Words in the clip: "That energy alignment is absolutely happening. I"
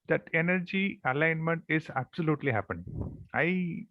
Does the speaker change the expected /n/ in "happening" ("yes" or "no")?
yes